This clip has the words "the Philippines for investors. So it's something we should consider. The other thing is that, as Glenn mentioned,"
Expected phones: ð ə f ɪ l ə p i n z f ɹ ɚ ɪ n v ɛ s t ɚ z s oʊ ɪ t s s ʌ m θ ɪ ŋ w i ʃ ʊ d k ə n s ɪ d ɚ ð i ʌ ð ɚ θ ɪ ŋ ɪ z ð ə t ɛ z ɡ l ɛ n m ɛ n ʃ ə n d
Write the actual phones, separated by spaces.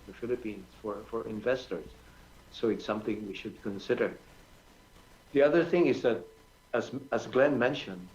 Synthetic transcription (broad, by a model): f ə f ɪ l ə p i n z f ɹ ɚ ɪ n v ɛ s t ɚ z s oʊ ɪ t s s ʌ m θ ɪ ŋ w i ʃ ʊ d k ə n s ɪ d ɚ ð i ʌ ð ɚ θ ɪ ŋ ɪ z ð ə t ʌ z ɡ l ɛ n m ɛ n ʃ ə n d